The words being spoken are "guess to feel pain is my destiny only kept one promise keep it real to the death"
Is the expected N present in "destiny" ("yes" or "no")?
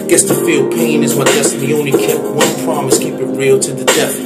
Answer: no